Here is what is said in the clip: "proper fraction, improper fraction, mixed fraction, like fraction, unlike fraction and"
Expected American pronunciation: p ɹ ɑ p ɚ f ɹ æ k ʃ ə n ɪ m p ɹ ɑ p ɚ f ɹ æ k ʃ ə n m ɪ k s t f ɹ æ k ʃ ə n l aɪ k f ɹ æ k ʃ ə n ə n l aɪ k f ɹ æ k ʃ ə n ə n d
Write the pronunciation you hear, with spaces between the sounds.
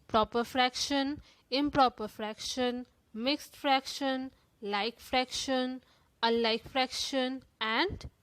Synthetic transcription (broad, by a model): p ɹ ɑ p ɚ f ɹ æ k ʃ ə n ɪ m p ɹ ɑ p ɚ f ɹ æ k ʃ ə n m ɪ k s t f ɹ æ k ʃ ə n l aɪ k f ɹ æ k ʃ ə n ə l aɪ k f ɹ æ k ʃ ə n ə n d